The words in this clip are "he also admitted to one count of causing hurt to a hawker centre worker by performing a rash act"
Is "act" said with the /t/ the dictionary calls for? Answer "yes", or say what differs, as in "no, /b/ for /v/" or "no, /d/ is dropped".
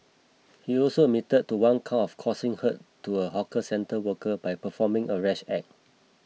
no, /t/ is dropped